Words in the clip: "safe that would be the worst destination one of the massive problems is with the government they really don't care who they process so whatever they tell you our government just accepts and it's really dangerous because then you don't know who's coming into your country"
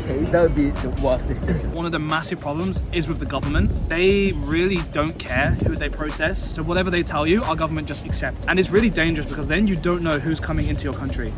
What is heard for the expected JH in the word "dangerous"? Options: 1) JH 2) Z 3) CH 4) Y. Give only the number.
1